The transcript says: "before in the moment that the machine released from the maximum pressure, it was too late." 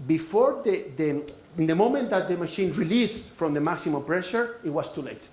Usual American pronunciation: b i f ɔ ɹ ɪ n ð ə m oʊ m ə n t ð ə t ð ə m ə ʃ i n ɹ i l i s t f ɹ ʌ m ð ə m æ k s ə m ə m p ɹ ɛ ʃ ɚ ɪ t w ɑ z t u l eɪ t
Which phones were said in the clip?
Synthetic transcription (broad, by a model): b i f ɔ ɹ ɪ n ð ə m oʊ m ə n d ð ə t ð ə m ə ʃ i n ɹ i l i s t f ɹ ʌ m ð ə m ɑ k s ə m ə m p ɹ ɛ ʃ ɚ ɪ t w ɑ s t u l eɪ t